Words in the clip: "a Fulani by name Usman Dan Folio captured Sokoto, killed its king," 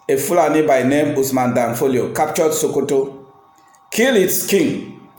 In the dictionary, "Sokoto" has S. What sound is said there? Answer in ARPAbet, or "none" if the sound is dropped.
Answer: S